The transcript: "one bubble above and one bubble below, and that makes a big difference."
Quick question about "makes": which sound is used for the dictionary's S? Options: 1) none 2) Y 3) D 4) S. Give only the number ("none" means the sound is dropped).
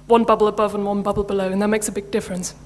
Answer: 4